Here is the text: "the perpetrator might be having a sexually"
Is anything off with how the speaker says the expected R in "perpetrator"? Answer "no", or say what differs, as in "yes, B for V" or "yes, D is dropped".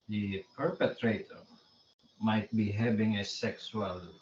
no